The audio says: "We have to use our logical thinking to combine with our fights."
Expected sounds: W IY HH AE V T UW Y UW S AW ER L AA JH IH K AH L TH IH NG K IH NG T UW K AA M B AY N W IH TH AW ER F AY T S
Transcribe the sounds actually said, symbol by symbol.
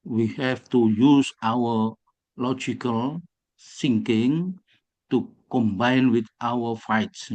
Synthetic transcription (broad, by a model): W IY HH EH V T UW Y UW S AW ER L AA JH IH K AH L S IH NG K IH NG T UW K AA M B AY N W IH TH AW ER F AY T S